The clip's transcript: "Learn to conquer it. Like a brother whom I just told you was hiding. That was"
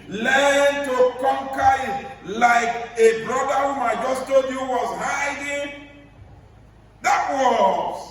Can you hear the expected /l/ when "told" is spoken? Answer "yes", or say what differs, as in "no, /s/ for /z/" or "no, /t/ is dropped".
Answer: no, /l/ is dropped